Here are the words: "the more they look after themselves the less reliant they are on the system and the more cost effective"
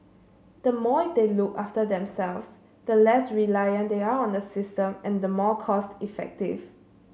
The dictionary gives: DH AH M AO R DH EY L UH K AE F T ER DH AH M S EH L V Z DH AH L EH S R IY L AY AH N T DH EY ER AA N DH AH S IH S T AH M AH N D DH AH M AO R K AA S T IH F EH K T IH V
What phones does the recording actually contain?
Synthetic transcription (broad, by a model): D AH M AO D EY L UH K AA F T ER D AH M S EH L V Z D AH L EH S R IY L AY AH N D EY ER AA N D AH S IH S T AH M AH N D AH M AO K AA S T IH F EH K T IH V